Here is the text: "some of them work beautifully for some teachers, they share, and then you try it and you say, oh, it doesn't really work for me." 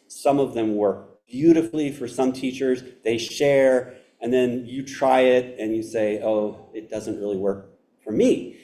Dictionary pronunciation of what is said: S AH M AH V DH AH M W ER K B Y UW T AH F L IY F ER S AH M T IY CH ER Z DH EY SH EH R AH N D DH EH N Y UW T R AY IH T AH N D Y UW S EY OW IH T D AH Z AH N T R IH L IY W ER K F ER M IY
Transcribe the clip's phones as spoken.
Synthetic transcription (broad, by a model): S AH M AH V DH AH M W ER K B Y UW T AH F L IY F ER S AH M T IY CH ER Z DH EY SH EH R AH N DH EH N Y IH T R AY IH T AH N Y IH S EY OW IH T D AH Z AH N T R IH L IY W ER K F ER M IY